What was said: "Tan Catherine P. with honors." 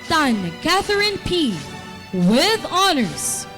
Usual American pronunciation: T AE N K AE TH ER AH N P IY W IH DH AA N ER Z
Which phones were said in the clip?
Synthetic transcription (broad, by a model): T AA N K AE TH ER AH N P IY W IH DH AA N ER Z